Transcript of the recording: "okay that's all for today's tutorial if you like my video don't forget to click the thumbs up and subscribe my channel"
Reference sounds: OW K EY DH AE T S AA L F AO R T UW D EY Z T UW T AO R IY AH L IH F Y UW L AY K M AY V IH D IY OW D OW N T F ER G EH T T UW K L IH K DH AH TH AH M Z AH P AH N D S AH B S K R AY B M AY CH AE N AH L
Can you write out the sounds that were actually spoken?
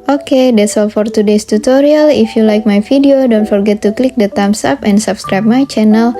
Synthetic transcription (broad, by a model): OW K EY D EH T S AA L F AO R T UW D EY S T UW T AO R IY AH L IH F Y UW L AY K M AY F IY D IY OW D OW N T F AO G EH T T UW K L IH K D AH T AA M S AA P AH N D S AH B S K R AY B M AY CH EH N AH L